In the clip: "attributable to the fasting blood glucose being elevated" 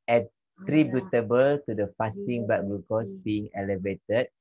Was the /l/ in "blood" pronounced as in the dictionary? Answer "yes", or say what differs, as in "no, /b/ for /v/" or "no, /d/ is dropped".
no, /l/ is dropped